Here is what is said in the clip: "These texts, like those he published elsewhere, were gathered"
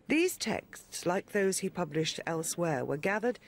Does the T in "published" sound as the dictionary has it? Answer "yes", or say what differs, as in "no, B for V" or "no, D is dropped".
yes